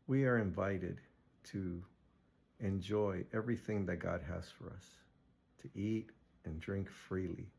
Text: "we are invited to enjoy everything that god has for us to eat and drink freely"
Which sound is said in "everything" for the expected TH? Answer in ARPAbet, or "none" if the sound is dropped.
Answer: TH